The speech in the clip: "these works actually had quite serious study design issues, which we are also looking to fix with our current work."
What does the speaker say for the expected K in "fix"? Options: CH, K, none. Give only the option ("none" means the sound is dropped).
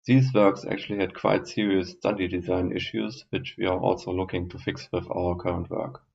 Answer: K